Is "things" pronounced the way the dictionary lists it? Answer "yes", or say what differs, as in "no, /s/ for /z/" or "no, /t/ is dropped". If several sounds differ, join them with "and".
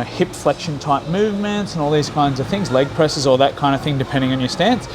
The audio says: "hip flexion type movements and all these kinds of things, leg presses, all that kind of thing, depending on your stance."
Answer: yes